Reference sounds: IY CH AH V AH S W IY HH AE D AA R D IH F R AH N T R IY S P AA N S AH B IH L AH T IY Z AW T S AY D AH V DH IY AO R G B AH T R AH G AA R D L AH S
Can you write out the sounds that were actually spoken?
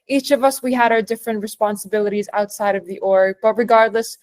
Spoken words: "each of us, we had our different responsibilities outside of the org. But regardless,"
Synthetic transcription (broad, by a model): IY CH AH V AH S W IY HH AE D AA R D IH F R AH N T R IY S P AA N S AH B IH L AH T IY Z AW T S AY D AH V DH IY AO R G B AH T R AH G AA R D L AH S